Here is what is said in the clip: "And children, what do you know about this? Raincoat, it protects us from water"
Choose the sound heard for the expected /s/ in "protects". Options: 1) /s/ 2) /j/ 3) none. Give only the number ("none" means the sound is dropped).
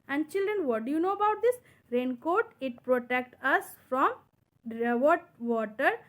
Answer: 3